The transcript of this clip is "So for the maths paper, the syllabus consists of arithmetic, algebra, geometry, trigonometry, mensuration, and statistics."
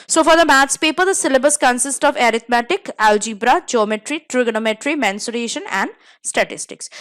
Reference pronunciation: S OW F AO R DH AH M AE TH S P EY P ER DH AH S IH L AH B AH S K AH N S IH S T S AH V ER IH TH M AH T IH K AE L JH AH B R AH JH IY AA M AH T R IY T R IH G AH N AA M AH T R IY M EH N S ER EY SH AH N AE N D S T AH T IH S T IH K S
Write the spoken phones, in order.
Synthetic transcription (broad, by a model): S OW F AO R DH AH M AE T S P EY P ER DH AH S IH L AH B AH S K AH N S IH S T AH V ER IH T M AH T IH K AE L JH AH B R AH JH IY M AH T R IY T R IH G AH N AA M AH T R IY M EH N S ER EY SH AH N AE N D S T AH T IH S T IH K S